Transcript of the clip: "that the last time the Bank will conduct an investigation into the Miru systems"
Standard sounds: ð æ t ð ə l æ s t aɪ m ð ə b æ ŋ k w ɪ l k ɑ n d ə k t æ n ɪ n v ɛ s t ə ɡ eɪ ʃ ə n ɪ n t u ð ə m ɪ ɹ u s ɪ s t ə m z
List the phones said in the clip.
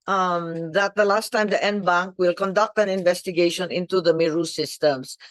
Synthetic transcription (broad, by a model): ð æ t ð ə l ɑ s t aɪ m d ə b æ ŋ k w ɪ l k ɑ n d ə k t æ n ɪ n v ɛ s t ə ɡ eɪ ʃ ə n ɪ n t u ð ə m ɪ ɹ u s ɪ s t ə m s